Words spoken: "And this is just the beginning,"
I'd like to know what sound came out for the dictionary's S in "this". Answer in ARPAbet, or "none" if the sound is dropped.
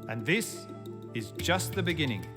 S